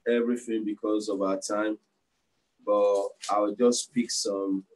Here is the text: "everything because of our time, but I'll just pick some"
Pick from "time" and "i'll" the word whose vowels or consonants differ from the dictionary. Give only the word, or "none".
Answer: i'll